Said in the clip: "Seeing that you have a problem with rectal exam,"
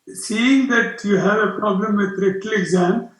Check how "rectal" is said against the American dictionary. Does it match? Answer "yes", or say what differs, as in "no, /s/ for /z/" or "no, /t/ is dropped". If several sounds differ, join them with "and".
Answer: no, /k/ is dropped